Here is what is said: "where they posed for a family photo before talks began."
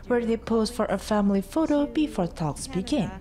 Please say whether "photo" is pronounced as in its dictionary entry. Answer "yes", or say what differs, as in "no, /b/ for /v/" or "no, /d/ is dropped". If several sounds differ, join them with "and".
yes